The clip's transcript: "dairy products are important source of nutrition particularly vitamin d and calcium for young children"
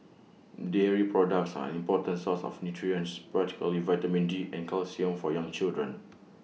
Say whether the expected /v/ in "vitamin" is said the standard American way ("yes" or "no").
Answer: yes